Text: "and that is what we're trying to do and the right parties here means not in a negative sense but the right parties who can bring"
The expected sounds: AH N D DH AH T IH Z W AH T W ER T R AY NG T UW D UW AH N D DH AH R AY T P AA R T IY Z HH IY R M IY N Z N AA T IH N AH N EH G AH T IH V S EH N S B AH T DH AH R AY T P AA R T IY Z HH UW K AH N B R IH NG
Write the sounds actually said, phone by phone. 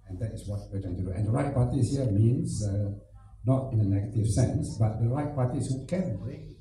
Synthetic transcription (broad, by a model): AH N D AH T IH S W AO T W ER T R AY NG T UW D UW AH N D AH R AY T P AA T IY S HH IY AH M IY N S N AA T IH N AH N EH G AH T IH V S EH N S B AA T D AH R AY T P AA T IY S HH UW K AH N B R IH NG